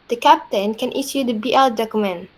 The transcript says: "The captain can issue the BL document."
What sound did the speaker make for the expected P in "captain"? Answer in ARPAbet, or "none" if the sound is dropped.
P